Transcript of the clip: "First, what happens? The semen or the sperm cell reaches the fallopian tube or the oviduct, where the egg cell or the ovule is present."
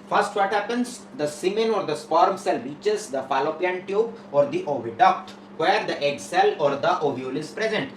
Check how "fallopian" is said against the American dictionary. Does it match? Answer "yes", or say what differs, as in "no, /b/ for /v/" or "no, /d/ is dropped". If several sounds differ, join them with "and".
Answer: yes